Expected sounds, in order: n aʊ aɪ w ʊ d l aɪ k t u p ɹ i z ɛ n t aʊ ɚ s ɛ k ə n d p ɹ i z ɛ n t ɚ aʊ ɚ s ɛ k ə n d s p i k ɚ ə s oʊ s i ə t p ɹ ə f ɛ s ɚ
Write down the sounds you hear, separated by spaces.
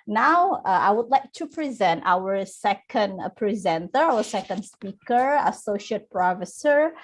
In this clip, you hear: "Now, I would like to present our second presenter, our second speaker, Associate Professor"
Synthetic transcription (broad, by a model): n aʊ aɪ w ʊ d l aɪ k t u p ɹ i z ɛ n t aʊ ɚ s ɛ k ə n d p ɹ i z ɛ n t ɚ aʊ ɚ s ɛ k ə n d s p i k ɚ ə s oʊ ʃ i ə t p ɹ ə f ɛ s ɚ